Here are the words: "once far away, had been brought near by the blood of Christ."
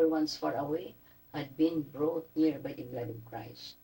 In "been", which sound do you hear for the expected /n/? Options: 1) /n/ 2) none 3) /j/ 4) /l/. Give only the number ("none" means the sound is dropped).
1